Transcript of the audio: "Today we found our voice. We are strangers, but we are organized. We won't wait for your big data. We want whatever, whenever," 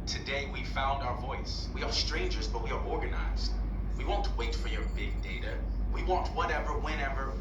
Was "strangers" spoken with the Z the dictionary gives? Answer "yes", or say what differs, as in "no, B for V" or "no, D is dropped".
yes